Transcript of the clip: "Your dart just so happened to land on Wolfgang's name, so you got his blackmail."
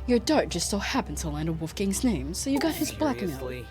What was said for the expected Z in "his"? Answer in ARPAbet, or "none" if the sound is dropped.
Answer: Z